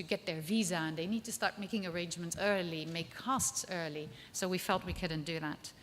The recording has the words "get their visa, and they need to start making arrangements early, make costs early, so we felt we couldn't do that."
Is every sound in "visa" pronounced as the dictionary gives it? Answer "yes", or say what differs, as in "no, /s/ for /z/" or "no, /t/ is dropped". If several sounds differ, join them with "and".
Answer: yes